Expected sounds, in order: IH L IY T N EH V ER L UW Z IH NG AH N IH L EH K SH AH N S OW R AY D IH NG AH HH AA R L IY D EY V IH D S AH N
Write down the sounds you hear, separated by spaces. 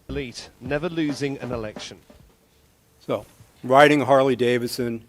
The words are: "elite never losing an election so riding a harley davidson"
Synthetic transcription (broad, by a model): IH L IY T N EH V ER L UW Z IH NG AH N IH L EH K SH AH N S OW R AY D IH NG HH AA R L IY D EY V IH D S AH N